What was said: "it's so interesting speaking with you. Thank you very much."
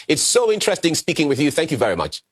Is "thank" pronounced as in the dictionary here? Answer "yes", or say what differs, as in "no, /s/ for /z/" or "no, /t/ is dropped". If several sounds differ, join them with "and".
yes